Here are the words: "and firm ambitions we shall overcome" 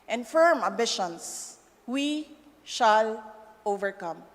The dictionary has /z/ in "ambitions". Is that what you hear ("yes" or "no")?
no